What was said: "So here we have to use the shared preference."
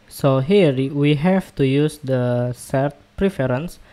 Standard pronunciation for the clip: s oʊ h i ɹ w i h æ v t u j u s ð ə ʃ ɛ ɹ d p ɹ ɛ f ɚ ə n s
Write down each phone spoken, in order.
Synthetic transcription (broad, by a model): s oʊ h i ɹ w i h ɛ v t u j u s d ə s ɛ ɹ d p ɹ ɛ f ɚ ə n s